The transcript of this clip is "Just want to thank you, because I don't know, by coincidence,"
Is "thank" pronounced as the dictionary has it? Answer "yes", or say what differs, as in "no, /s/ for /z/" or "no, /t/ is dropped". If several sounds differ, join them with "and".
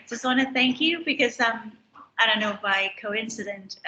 yes